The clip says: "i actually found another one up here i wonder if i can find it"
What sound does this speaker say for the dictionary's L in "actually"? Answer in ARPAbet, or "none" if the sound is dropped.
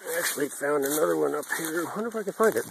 L